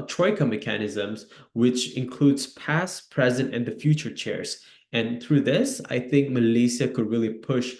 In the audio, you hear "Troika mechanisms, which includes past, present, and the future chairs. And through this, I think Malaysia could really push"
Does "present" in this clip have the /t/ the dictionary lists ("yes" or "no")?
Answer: yes